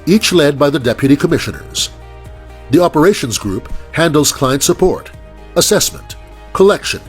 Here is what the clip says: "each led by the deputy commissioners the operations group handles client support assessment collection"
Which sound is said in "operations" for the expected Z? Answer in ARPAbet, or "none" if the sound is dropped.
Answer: Z